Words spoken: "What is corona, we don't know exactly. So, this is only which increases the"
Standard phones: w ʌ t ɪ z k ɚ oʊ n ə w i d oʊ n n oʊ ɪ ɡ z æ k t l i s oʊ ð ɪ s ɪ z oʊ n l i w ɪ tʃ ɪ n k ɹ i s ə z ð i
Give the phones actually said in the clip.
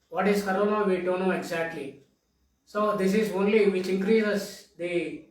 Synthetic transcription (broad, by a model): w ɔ t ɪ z k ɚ oʊ n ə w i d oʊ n n oʊ ɪ ɡ z æ k t l i s oʊ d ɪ s ɪ z oʊ n l i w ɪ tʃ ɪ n k ɹ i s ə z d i